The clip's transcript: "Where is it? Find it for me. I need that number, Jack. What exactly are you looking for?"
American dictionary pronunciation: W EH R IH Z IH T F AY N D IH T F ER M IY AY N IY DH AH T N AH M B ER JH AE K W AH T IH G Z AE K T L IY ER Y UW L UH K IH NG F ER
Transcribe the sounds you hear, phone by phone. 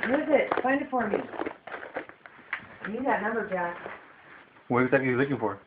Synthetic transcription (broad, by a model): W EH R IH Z IH T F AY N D IH T F ER M IY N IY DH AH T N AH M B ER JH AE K W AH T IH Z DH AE T IY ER L UH K IH NG F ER